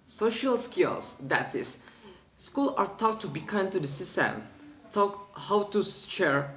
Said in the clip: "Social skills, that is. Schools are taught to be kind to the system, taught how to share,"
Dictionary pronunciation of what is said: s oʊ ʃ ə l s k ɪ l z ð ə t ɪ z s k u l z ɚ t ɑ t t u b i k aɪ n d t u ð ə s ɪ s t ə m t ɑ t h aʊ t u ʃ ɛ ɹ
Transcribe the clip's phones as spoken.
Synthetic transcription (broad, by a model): s oʊ ʃ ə l s k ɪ l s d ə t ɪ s s k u l ɚ t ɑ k t u b i k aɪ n t u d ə s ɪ s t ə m t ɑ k h aʊ t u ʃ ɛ ɹ